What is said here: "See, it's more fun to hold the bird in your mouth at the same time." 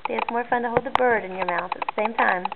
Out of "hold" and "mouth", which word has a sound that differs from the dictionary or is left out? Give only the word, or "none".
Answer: none